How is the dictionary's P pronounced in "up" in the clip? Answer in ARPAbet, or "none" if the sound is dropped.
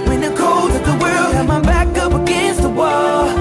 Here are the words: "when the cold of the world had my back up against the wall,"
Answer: P